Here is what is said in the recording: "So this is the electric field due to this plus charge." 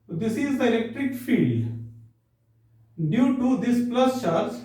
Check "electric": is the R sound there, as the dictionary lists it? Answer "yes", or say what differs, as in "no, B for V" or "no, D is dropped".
yes